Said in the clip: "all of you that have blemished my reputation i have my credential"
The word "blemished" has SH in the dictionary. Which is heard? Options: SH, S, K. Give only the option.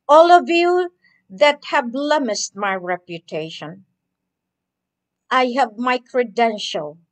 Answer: S